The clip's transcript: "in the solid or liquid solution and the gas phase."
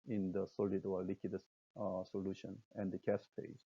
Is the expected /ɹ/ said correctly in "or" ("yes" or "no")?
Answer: no